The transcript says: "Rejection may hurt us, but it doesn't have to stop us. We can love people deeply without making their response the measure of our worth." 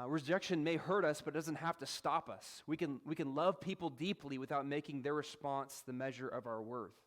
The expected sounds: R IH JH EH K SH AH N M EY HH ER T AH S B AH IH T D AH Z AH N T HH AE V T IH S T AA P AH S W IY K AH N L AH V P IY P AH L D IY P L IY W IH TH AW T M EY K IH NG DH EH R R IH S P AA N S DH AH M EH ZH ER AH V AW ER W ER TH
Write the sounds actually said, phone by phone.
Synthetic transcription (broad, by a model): R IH JH EH K SH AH N M EY HH ER T AH S B AH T D AH Z AH N T HH AE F T IH S T AA P AH S W IY K AH N L AH V P IY P L D IY P L IY W IH TH AW T M EY K IH NG DH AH R R IH S P AA N S DH AH M EH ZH ER AH V AW ER W ER TH